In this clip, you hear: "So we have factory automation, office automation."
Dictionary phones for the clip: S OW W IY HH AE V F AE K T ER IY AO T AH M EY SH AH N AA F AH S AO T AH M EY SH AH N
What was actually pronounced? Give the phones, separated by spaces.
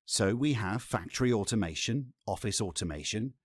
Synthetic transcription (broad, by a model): S OW W IY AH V F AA K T ER IY AO T AH M EY SH AH N AA F AH S AO T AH M EY SH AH N